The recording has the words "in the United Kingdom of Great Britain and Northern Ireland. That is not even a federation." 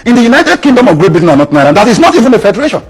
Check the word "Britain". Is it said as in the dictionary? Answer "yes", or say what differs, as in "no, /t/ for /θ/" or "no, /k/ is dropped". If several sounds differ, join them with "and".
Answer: no, /ɹ/ is dropped